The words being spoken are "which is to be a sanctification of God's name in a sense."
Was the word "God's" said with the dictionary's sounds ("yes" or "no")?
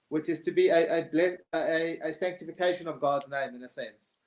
yes